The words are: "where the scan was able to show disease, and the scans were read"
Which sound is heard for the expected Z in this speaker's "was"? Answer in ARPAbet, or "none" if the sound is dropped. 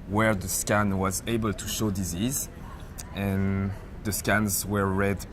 Z